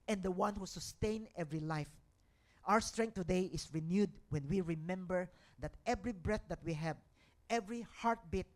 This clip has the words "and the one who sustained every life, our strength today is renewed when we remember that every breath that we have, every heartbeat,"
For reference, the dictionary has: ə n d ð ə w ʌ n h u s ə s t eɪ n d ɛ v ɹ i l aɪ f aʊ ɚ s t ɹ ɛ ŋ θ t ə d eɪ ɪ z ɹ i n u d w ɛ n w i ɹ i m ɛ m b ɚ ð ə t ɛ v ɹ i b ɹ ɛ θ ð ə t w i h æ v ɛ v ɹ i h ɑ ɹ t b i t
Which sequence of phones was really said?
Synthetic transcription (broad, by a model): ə n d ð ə w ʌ n h u s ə s t eɪ n ɛ v ɹ i l aɪ f aʊ ɚ s t ɹ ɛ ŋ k t ə d eɪ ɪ s ɹ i n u d w ɛ n w i ɹ i m ɛ m b ɚ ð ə t ɛ v ɹ i b ɹ ɛ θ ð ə t w i h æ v ɛ v ɹ i h ɑ ɹ t b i t